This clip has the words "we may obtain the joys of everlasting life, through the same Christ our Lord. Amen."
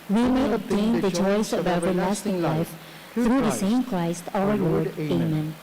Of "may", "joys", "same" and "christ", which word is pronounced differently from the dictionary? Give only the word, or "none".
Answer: joys